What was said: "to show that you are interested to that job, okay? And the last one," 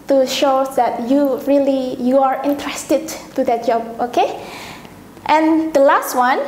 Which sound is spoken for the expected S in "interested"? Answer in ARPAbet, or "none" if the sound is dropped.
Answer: S